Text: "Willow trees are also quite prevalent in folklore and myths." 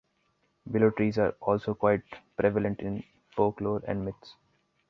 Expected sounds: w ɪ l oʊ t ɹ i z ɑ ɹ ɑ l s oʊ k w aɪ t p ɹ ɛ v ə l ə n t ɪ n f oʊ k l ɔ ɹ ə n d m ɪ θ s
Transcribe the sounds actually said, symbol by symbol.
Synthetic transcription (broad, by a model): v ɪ l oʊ t ɹ i z ɑ ɹ ɑ l s oʊ k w aɪ t p ɹ ɛ v ə l ə n t ɪ n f oʊ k l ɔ ɹ ə n d m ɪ t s